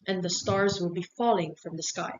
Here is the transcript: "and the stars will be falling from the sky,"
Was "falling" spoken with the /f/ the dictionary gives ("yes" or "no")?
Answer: yes